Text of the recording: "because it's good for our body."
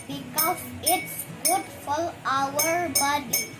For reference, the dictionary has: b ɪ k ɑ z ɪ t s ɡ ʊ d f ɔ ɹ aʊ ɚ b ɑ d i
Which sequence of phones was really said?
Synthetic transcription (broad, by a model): b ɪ k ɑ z ɪ t s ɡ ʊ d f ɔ l aʊ ɚ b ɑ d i